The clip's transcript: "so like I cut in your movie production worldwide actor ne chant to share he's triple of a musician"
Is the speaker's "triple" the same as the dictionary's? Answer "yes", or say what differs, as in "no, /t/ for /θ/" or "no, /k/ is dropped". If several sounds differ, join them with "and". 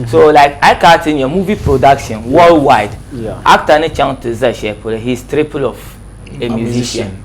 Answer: yes